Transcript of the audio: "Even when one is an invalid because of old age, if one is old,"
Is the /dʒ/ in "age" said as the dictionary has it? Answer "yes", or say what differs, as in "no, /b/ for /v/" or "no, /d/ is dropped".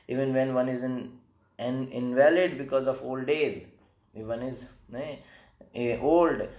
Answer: no, /z/ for /dʒ/